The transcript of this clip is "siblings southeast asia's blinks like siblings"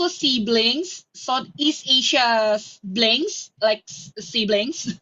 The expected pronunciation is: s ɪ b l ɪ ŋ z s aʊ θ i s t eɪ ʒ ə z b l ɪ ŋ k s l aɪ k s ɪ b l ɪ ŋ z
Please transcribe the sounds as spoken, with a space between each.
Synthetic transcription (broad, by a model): s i b l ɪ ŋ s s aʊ t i s t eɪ ʃ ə b l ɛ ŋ s l aɪ k s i b l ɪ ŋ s